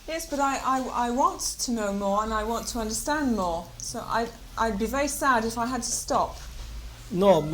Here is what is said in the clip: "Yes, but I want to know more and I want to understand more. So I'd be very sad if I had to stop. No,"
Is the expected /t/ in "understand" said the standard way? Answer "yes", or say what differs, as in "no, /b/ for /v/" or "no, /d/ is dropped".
yes